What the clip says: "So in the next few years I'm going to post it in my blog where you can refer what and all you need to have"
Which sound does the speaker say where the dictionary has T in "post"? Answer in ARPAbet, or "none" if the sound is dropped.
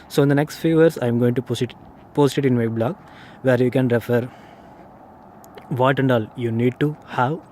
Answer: T